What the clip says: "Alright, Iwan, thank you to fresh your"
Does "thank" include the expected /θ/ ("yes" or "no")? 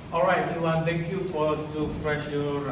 no